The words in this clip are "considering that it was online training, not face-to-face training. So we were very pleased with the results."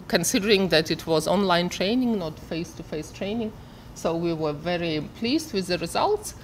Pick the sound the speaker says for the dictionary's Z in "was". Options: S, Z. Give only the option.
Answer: Z